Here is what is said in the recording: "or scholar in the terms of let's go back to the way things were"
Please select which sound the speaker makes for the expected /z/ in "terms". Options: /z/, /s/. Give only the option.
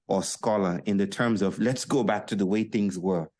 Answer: /z/